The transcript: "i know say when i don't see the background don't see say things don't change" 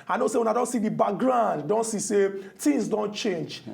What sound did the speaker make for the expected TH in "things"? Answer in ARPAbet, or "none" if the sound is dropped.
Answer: T